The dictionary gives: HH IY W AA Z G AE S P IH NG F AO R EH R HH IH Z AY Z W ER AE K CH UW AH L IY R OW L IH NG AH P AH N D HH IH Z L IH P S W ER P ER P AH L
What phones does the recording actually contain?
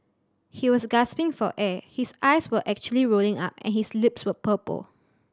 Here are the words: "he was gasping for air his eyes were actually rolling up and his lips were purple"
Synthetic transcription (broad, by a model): HH IY W AA S G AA S P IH NG F AO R EH HH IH S AY S W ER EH K CH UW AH L IY R OW L IH NG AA P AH N HH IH S L IH P S W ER P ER P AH L